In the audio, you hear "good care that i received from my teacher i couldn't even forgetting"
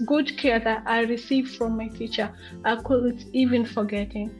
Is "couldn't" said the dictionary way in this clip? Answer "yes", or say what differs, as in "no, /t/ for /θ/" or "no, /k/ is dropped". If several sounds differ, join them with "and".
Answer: no, /l/ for /n/